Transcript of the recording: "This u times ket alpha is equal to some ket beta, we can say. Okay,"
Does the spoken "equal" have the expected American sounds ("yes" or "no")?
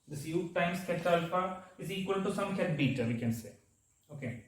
yes